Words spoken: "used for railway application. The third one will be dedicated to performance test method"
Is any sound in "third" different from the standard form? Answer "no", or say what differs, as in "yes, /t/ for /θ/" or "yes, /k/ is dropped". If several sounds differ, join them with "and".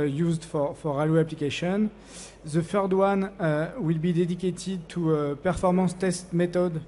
yes, /f/ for /θ/